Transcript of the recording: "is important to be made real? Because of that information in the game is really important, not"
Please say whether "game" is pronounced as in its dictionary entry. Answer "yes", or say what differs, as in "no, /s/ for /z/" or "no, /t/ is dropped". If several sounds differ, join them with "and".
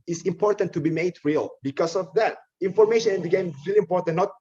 yes